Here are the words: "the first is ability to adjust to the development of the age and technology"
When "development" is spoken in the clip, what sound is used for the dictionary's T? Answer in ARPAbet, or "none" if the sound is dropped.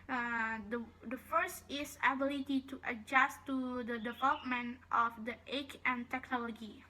T